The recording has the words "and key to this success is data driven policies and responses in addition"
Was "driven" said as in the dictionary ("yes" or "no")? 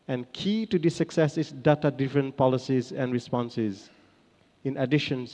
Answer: no